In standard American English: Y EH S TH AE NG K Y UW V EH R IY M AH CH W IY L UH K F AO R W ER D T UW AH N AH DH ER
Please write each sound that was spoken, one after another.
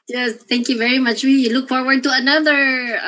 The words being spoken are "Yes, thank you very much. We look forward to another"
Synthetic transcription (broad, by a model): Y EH S T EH NG K Y UW V EH R IY M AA CH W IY L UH K F AO R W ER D T UW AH N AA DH ER